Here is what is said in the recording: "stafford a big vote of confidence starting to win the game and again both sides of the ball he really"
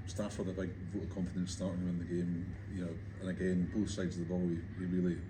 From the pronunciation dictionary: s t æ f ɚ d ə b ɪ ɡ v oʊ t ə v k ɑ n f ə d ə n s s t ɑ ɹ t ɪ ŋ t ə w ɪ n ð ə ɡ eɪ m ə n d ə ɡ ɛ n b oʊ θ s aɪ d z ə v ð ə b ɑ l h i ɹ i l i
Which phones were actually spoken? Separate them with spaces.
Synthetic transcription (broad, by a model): s t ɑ f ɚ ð ə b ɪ ɡ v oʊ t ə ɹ k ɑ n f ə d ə n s s t ɑ ɹ t ɪ ŋ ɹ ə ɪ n ð ə ɡ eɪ m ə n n ə ɡ ɛ n b oʊ θ s aɪ d z ə v ð ə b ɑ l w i ɹ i l i